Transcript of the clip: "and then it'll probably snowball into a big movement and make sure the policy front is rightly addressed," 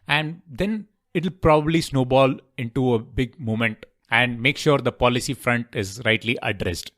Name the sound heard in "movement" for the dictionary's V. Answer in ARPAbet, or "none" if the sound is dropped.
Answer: none